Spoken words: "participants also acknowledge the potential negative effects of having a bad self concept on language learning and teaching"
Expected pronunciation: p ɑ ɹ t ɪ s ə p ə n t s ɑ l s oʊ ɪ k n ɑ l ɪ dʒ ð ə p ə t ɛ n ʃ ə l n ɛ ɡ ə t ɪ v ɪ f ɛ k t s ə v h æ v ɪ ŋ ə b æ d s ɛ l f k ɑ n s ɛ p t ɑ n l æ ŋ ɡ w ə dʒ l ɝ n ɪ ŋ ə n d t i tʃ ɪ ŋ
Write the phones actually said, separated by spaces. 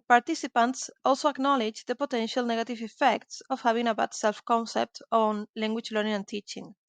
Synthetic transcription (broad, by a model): p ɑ ɹ t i s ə p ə n t s ɑ l s oʊ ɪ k n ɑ l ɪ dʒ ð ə p ə t ɛ n ʃ ə l n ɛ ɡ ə t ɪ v ɪ f ɛ k t s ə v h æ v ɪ ŋ ə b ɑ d s ɛ l f k ɑ n s ɛ p t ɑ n l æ ŋ ɡ w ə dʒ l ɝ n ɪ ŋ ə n t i tʃ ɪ ŋ